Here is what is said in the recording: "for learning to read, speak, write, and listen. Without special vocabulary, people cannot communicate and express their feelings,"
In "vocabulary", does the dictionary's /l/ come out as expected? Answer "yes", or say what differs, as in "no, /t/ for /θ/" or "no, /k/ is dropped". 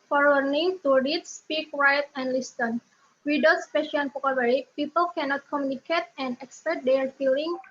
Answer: no, /w/ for /l/